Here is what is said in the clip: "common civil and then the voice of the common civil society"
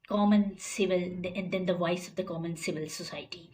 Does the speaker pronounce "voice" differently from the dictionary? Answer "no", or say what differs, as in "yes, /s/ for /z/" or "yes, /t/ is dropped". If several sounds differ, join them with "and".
no